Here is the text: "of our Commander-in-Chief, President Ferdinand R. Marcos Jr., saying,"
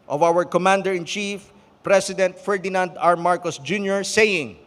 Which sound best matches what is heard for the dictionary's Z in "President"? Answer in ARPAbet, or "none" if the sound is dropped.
S